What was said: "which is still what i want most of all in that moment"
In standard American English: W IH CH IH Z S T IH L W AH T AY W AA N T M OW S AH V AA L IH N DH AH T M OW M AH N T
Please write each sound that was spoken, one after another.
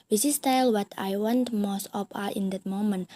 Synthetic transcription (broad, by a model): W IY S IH S T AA L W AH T AY W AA N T M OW S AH P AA IH N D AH T M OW M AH N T